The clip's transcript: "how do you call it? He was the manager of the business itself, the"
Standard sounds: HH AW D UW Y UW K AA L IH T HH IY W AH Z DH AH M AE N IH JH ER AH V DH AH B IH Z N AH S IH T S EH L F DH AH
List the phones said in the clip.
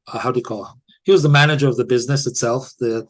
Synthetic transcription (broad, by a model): HH AW D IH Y K AA L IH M HH IY W AH Z DH AH M AE N IH JH ER AH V DH AH B IH Z N AH S IH T S EH L F DH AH